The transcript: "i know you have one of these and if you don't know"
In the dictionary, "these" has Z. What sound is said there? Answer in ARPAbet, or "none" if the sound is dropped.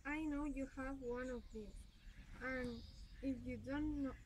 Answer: none